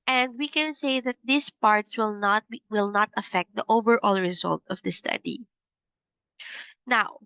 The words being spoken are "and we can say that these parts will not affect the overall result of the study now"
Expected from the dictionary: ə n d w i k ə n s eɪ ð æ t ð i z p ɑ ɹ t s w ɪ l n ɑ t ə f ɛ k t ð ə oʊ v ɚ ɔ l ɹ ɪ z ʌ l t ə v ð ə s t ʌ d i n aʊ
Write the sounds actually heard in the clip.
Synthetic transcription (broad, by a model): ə n d w i k ə n s eɪ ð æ t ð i s p ɑ ɹ t s w ɪ l n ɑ t ə f ɛ k t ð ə oʊ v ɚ ɔ l ɹ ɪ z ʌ l t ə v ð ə s t ʌ d i n aʊ